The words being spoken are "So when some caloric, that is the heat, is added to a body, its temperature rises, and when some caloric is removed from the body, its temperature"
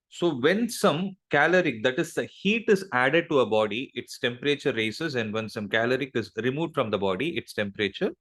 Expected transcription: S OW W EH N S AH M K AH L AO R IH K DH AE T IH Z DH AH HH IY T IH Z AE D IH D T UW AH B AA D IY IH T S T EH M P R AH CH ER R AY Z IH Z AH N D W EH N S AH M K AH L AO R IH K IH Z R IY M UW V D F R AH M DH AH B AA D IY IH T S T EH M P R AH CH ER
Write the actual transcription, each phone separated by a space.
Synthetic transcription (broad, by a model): S OW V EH N S AH M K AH L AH R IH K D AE T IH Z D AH HH IY T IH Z AE D IH D T UW AH B AA D IY IH T S T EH M P R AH CH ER R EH S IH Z AH N D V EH N S AH M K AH L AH R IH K IH Z R IY M UW V D F R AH M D AH B AA D IY IH T S T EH M P R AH CH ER